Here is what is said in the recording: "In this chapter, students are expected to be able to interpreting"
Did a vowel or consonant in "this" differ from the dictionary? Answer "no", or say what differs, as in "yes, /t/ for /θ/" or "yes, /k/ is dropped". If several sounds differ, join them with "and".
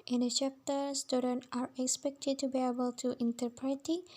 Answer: yes, /s/ is dropped